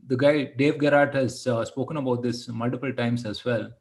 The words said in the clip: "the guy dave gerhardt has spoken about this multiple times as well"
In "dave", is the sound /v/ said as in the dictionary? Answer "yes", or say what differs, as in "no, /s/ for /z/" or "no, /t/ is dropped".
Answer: yes